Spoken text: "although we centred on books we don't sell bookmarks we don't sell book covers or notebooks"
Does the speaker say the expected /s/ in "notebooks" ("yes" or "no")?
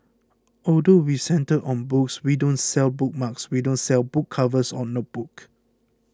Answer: no